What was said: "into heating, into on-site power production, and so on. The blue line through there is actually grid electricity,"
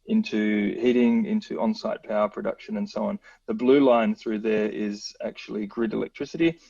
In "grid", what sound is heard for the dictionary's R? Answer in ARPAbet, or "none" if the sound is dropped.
R